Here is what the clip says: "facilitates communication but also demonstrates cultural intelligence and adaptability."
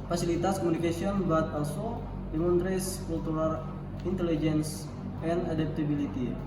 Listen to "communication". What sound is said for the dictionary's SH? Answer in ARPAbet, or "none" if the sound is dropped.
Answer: S